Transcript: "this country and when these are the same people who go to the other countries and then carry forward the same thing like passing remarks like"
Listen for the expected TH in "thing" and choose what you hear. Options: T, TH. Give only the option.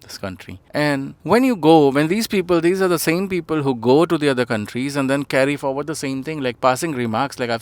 T